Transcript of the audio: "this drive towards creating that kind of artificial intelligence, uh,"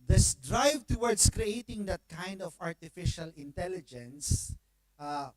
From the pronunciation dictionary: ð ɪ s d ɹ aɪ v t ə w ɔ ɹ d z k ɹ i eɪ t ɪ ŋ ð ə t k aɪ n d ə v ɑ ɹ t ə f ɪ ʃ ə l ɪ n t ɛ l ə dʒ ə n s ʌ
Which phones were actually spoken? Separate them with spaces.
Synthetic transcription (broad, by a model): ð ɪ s d ɹ aɪ v t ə w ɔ ɹ d s k ɹ i eɪ t ɪ ŋ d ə t k aɪ n d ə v ɑ ɹ t ə f ɪ ʃ ə l ɪ n t ɛ l ə dʒ ə n s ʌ